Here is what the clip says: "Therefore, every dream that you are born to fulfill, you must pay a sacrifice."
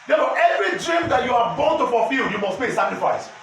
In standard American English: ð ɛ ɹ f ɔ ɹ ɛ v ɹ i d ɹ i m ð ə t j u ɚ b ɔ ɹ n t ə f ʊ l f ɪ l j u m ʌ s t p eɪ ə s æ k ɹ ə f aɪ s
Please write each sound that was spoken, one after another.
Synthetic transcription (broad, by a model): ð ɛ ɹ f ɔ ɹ ɛ v ɹ i d ɹ i m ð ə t j u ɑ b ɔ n t ə f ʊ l f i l j u m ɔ s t b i ə s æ k ɹ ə f aɪ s